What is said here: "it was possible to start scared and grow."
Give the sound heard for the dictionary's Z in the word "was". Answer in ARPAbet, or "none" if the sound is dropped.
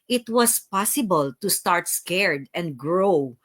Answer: S